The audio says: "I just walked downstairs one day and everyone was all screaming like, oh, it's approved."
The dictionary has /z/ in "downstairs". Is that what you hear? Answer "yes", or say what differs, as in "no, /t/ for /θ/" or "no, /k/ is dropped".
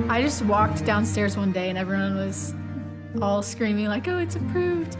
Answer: yes